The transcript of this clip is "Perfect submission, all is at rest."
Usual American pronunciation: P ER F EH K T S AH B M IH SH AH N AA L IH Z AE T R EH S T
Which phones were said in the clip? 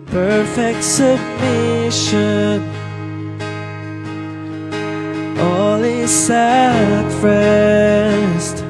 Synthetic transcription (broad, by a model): P ER F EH K T S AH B M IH SH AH N AA L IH S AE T R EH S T